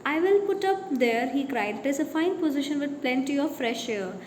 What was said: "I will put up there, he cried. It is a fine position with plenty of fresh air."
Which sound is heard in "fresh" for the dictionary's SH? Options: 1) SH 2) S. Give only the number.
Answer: 1